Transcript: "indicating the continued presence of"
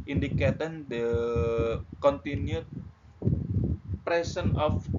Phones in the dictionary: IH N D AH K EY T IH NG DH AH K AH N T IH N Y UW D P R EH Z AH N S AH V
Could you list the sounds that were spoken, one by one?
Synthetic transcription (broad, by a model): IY N D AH K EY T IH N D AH K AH N T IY N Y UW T P R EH S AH N AH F